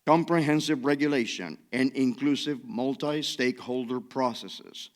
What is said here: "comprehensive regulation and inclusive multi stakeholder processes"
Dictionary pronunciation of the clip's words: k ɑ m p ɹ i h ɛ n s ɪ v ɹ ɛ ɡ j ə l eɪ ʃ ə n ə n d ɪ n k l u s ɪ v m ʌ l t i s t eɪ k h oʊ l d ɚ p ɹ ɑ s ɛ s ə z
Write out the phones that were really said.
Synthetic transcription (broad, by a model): k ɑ m p ɹ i h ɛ n s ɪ v ɹ ɛ ɡ j ə l eɪ ʃ ə n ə n ɪ n k l u s ɪ v m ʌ l t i s t eɪ k h oʊ l d ɚ p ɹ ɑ s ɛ s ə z